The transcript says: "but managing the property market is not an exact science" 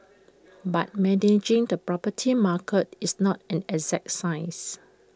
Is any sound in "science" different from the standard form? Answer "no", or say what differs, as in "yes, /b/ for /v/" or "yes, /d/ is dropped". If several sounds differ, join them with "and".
yes, /n/ is dropped